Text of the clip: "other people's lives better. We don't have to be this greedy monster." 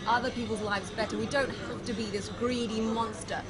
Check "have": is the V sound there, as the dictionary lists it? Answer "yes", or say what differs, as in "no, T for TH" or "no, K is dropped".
no, F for V